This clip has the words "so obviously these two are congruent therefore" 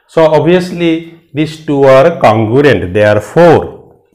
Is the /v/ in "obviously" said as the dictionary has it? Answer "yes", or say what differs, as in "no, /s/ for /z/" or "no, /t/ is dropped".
no, /v/ is dropped